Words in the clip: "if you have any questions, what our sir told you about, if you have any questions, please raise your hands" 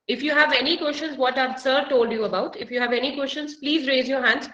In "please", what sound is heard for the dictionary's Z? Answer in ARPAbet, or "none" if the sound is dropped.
Z